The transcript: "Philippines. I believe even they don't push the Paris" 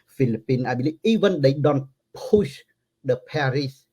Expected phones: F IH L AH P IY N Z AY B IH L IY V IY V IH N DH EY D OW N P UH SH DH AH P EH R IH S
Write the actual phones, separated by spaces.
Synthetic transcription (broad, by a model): F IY L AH P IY N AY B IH L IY IY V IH N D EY D OW N P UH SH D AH P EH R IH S